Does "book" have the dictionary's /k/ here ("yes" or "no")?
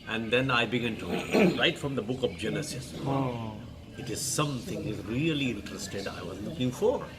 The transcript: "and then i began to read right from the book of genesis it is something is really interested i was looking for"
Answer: yes